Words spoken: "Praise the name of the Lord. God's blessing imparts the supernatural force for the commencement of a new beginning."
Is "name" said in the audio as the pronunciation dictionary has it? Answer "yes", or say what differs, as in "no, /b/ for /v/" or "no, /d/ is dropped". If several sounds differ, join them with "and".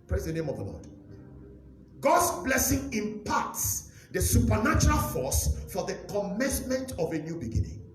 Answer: yes